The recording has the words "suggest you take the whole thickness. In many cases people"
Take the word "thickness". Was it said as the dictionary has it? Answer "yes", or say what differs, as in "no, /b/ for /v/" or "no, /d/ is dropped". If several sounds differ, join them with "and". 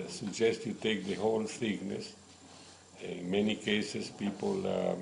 no, /s/ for /θ/